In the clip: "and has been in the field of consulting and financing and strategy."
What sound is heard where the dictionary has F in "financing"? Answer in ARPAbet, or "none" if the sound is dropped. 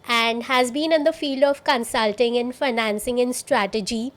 F